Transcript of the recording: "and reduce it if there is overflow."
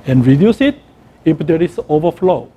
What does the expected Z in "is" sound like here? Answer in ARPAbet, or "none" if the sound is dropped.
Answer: S